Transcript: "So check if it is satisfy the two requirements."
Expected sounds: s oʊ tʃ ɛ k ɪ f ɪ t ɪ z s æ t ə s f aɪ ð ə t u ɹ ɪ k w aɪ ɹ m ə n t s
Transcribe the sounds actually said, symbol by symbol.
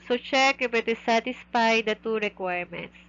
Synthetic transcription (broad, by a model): s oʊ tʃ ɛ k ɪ p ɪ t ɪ s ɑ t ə s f aɪ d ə t u ɹ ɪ k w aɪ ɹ m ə n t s